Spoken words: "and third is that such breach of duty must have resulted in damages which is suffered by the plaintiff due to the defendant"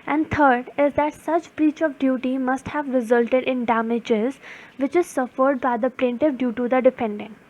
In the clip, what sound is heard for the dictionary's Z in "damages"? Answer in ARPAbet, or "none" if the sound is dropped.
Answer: Z